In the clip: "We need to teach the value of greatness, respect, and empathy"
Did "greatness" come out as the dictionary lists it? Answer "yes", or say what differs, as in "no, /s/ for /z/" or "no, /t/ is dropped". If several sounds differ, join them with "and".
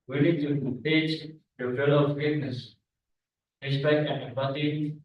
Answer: no, /ɹ/ is dropped